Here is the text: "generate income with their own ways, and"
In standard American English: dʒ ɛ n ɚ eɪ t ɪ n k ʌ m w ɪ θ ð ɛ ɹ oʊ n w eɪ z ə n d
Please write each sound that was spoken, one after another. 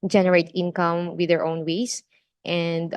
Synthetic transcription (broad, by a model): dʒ ɛ n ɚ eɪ t ɪ n k ʌ m w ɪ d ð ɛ ɹ oʊ n w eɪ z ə n d